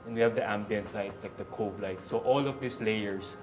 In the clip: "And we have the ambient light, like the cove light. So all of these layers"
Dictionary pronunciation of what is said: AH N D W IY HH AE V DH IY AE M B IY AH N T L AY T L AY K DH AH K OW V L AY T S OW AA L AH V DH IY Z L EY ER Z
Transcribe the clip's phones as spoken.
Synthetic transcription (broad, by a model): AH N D W IY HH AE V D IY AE M B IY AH N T L AY T L AY K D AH K OW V L AY T S OW AA L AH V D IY S L EY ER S